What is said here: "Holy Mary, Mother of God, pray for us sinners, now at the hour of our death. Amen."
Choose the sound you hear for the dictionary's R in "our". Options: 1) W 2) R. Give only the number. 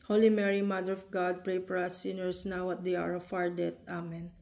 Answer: 2